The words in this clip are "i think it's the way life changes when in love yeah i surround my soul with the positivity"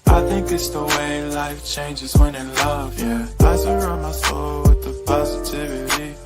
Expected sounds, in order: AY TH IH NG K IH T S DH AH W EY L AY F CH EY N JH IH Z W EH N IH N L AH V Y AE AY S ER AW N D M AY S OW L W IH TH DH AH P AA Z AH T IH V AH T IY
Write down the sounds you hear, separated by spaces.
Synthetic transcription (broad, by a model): AY TH IH NG K IH T S DH AH W EY L AY F CH EY N JH IH Z W EH N IH N L AH V Y AE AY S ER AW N M AY S OW L W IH DH AH P AA Z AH T IH V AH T IY